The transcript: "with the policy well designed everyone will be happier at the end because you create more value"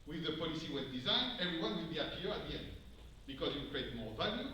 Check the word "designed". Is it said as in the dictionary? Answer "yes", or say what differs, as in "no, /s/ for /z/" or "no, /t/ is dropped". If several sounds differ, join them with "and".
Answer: yes